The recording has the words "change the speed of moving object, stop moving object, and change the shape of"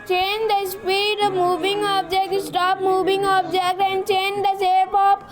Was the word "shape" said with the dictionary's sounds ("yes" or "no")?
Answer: no